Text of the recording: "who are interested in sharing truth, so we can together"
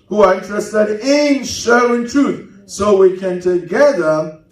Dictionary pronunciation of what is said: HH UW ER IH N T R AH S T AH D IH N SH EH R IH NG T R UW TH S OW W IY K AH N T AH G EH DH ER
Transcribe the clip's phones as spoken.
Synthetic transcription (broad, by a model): HH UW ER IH N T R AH S T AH D IH N SH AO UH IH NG T R UW TH S OW W IY K AH N T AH G EH DH ER